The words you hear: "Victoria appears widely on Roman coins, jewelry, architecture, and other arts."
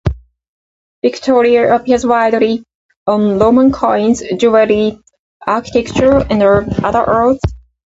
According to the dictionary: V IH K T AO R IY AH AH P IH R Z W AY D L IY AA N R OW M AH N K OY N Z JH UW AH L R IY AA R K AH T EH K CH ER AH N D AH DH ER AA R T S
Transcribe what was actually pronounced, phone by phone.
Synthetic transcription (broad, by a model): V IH K T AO R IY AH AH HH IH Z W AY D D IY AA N L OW M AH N K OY N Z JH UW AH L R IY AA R K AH T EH K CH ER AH N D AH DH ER R T TH